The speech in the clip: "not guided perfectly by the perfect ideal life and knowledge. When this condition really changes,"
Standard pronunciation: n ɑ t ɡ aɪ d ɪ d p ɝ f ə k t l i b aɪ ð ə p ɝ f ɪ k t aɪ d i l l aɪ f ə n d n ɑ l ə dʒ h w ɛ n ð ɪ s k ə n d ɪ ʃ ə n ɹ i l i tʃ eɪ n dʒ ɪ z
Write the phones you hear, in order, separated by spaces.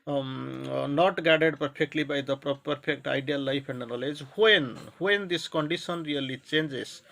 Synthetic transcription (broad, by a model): n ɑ t ɡ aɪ d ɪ d p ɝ p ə k t l i b aɪ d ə p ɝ p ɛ k t aɪ d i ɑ l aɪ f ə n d n ɑ l ə dʒ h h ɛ n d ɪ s k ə n d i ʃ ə n ɹ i l i tʃ eɪ n dʒ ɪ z